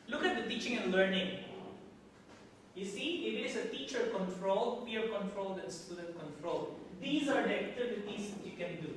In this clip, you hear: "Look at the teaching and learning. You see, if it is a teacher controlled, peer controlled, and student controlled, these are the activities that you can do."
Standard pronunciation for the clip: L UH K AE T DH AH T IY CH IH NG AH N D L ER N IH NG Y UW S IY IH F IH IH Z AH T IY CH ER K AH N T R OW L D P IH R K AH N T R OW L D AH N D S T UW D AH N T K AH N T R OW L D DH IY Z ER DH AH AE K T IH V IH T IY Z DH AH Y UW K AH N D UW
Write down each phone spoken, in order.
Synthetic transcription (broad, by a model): L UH K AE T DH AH T IY CH IH NG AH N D L ER N IH NG Y UW S IY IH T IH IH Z AH T IY CH ER K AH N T R OW L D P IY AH K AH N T R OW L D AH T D S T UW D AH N K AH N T R OW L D IY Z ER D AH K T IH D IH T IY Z Y UW K AH N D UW